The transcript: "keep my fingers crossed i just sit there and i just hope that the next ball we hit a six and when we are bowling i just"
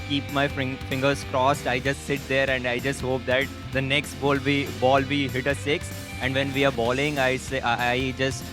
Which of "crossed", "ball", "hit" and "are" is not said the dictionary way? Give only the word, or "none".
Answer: none